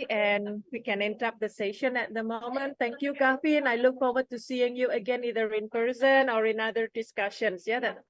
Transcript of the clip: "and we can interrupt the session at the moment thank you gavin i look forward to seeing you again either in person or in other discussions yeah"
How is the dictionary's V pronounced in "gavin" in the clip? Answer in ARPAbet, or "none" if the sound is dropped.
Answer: F